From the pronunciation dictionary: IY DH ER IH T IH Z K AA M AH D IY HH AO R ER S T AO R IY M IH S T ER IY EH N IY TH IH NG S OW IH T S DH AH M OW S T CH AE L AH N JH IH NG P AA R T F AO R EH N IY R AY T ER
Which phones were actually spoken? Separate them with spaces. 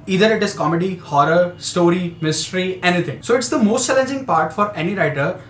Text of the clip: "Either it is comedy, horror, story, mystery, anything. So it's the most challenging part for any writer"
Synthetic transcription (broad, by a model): IY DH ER IH T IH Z K AA M AH D IY HH AO R ER S T AO R IY M IH S T ER IY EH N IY T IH NG S OW IH T S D AH M OW S T CH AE L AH N JH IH NG P AA R T F AO R EH N IY R AY T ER